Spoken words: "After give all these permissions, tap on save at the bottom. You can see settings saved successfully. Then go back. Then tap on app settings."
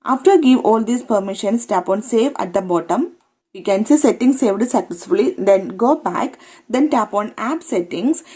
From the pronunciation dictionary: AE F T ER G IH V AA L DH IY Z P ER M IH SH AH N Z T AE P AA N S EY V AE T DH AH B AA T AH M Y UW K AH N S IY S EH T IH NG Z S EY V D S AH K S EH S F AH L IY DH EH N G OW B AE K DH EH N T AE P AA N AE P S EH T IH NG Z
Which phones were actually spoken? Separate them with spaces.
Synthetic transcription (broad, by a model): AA F T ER G IH V AA L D IY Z P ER M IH SH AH N S T AE P AA N S EY V AE T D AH B AA T AH M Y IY K AH N S IY S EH T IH NG S EY V D S AH K S EH S F AH L IY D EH N G OW B AE K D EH N T AE P AA N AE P S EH T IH NG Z